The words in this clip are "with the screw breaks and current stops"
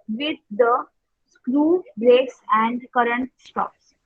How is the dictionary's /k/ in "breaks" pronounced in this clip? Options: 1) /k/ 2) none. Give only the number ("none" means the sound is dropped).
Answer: 2